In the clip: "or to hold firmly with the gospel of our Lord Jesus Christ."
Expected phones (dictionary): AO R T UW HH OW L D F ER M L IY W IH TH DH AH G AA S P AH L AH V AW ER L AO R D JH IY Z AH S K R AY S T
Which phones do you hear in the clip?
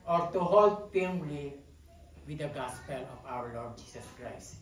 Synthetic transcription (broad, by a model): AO R T UW HH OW L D P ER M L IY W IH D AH G AA S P AH L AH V AW ER L AO R D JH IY S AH S K R AY S T